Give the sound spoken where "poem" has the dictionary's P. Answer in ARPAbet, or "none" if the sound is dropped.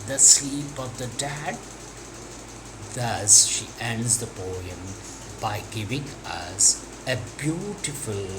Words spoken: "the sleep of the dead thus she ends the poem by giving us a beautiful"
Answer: B